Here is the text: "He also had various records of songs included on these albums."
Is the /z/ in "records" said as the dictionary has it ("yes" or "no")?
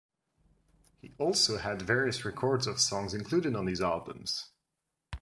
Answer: yes